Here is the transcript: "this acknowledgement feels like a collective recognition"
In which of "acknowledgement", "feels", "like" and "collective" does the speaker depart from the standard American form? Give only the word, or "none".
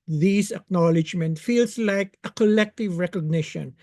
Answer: feels